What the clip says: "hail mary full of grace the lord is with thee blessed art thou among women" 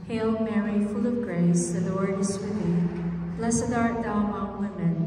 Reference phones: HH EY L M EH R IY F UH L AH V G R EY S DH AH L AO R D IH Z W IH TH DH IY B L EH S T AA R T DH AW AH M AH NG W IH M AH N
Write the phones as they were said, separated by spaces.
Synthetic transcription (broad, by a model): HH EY L M EH R IY F UH L AH V G R EY S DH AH W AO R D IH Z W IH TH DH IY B L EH S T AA R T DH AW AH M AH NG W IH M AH N